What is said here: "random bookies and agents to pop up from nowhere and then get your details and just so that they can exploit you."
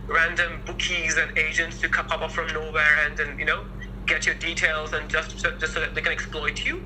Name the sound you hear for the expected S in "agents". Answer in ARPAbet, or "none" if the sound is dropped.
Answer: S